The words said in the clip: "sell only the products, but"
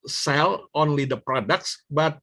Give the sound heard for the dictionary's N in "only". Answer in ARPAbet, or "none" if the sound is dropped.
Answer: N